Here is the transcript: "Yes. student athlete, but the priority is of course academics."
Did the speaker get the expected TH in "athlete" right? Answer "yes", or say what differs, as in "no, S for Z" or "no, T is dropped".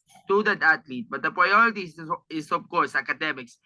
no, T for TH